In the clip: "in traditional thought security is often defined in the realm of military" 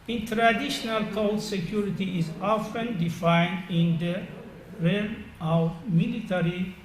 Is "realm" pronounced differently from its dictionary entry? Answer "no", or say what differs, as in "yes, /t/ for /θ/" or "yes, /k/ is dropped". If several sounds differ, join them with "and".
yes, /m/ is dropped